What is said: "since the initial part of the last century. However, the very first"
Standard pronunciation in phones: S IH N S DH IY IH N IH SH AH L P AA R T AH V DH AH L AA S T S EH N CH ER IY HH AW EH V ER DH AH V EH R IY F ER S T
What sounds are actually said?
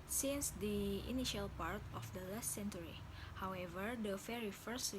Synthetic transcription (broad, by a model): S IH N S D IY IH N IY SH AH L P AA R T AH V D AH L AA S T S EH N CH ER IY HH AW EH V ER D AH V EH R IY F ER S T